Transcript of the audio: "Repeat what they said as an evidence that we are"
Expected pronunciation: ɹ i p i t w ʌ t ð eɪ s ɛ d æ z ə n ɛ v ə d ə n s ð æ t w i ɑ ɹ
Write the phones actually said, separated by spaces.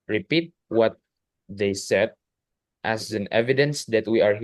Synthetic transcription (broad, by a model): ɹ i p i t w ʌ t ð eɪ s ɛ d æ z ə n ɛ v ə d ə n s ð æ t w i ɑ ɹ